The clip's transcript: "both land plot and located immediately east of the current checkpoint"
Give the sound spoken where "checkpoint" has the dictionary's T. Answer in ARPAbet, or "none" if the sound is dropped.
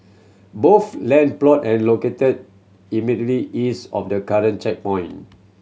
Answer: none